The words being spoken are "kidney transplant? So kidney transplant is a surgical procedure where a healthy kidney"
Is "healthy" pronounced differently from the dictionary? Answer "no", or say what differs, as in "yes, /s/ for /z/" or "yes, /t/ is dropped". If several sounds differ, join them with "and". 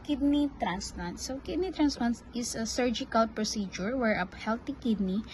yes, /t/ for /θ/